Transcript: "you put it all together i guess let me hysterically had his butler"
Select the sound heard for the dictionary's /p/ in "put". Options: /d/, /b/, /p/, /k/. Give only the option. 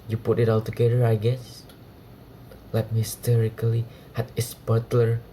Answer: /p/